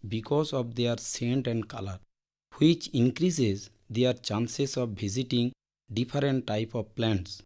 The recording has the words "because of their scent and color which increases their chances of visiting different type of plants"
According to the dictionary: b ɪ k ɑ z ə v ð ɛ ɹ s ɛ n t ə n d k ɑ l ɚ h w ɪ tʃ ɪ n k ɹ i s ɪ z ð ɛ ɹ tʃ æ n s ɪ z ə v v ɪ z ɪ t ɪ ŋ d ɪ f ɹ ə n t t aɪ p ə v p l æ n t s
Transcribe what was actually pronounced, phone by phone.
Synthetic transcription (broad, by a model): b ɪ k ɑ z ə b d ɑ ɹ s ɛ n t ə n d k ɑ l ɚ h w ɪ tʃ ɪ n k ɹ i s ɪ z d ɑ ɹ tʃ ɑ n s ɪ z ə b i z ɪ t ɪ ŋ d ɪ p ɹ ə n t t aɪ p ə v p l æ n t s